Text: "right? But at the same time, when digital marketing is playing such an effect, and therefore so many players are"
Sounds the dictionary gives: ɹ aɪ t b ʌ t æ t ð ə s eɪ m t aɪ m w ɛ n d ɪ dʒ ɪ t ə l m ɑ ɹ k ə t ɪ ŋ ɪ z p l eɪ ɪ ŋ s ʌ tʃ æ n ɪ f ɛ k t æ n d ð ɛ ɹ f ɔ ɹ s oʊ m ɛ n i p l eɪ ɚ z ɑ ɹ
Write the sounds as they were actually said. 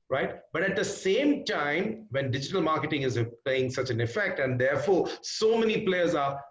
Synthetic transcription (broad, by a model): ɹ aɪ t b ʌ t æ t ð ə s eɪ m t aɪ m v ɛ n d ɪ dʒ ɪ t ə l m ɑ ɹ k ə t ɪ ŋ ɪ z p l eɪ ɪ ŋ s ʌ tʃ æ n ɪ f ɛ k t æ n d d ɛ ɹ f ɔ ɹ s oʊ m ɛ n i p l eɪ ɚ z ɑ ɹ